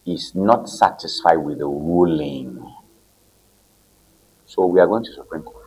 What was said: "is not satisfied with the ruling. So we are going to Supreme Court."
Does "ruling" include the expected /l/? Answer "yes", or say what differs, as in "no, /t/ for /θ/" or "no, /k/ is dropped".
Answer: yes